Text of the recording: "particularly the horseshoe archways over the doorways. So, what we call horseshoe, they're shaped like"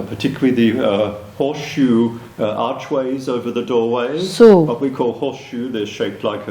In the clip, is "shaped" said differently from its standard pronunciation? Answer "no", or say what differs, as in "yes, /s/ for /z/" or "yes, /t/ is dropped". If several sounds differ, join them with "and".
no